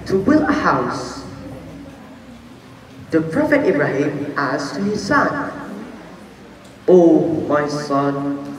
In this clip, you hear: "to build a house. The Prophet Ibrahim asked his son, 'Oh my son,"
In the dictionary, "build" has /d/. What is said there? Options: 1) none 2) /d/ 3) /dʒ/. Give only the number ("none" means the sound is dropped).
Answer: 1